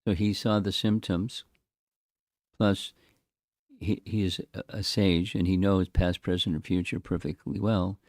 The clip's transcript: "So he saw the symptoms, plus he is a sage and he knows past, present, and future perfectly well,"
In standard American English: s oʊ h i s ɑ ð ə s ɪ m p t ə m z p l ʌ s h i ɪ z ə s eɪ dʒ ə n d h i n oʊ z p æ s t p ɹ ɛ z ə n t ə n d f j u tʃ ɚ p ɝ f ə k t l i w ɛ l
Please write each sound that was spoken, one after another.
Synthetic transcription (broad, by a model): s oʊ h i s ɑ ð ə s ɪ m p t ə m z p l ʌ s h i ɪ z ə s eɪ dʒ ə n i n oʊ z p æ s p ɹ ɛ z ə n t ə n f j u tʃ ɚ p ɝ f ə k t l i w ɛ l